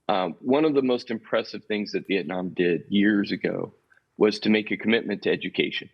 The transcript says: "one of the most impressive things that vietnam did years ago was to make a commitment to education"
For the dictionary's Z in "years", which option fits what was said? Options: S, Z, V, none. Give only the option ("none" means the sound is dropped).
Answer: Z